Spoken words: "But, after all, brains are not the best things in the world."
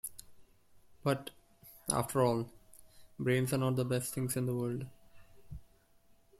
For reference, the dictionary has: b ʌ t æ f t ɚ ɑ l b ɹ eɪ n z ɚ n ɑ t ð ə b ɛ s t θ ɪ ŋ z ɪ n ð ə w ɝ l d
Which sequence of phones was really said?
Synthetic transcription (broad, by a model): b ʌ t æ f t ɚ ɑ l b ɹ eɪ n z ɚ n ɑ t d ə b ɛ s t t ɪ ŋ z ɪ n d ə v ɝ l d